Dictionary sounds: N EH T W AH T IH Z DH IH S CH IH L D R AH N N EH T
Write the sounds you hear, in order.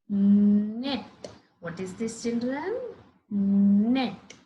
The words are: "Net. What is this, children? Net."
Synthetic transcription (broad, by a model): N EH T W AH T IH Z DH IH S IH N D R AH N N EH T